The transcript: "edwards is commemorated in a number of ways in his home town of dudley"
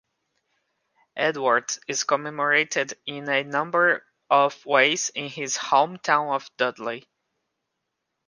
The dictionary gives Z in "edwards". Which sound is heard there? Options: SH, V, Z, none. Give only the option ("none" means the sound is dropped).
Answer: none